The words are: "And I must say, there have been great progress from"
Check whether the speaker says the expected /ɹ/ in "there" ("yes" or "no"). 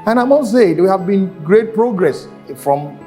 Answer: no